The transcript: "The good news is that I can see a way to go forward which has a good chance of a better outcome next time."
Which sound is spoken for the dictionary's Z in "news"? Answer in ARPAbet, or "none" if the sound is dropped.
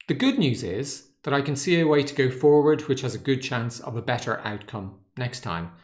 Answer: Z